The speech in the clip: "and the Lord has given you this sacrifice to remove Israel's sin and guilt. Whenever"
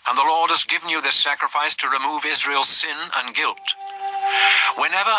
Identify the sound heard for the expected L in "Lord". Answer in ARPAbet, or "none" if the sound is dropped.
L